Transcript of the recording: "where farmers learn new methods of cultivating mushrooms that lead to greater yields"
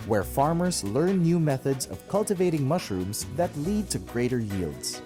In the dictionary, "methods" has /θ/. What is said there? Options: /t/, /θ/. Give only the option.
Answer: /θ/